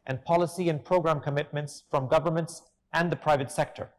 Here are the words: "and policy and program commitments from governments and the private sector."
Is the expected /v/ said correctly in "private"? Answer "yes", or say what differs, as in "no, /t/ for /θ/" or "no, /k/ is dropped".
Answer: yes